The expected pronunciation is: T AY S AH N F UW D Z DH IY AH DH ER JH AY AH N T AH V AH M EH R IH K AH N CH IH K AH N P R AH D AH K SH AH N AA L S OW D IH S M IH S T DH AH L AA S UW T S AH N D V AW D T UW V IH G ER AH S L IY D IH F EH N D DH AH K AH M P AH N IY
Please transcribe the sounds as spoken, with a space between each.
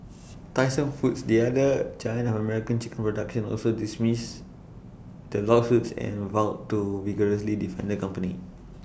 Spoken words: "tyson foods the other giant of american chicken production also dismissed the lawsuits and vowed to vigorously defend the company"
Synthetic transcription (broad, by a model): T AY S AH N F UW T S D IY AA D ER CH AY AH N AH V AH M EH R IH K AH N CH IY K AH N P R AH D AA K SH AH N AA L S OW D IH S M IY S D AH L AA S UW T S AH N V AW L T UW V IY G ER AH S L IY D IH F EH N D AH K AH M P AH N IY